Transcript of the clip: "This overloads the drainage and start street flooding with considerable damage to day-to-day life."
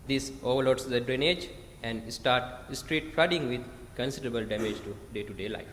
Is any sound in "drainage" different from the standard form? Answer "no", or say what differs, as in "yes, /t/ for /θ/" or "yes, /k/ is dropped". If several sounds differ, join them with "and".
no